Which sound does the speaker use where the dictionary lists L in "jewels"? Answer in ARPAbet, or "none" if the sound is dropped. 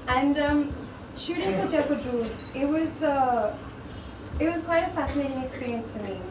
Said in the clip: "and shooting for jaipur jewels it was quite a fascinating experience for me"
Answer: W